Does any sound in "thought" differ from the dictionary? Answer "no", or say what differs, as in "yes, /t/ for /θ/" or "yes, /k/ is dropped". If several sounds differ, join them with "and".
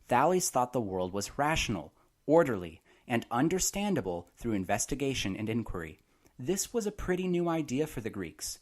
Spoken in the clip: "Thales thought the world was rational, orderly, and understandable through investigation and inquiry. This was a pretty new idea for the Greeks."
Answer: no